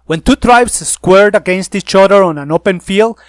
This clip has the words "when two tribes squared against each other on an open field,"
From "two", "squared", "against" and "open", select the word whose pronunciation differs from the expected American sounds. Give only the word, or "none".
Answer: none